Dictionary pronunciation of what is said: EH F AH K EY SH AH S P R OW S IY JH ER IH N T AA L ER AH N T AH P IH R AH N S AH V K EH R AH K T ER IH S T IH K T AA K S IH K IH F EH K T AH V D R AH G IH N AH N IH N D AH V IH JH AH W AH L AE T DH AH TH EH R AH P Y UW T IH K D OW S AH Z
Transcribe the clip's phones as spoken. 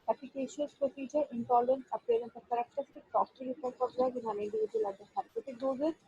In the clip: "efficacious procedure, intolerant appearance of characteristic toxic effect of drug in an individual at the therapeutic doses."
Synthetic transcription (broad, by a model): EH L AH K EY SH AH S P R OW S IY JH ER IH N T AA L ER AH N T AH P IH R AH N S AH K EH R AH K T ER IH S T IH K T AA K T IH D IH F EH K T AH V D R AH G IH N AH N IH N D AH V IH JH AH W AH L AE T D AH S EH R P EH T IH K D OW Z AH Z